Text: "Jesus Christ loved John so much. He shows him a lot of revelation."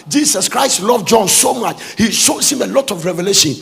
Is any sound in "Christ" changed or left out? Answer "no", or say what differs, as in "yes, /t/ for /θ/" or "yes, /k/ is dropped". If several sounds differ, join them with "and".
no